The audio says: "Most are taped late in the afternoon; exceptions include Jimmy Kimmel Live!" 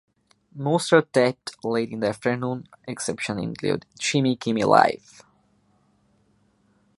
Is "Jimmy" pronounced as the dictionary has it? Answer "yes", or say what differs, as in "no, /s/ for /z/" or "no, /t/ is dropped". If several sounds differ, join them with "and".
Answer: no, /tʃ/ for /dʒ/